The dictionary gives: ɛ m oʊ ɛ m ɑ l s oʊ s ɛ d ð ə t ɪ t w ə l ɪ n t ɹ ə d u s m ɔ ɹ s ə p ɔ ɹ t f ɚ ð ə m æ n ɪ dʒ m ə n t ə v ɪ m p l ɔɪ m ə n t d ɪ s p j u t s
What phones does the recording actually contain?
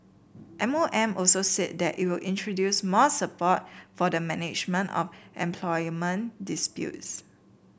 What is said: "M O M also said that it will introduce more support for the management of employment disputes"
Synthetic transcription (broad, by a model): ɛ m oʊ ɛ m ɑ l s oʊ s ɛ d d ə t ɪ t w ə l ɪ n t ɹ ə d u s m ɔ s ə p ɔ t f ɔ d ə m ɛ n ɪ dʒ m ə n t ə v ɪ m p l ɔɪ m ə n d ɪ s p j u t s